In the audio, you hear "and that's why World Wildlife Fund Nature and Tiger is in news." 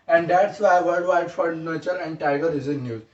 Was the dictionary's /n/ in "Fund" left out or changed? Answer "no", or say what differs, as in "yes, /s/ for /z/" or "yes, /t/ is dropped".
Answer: yes, /n/ is dropped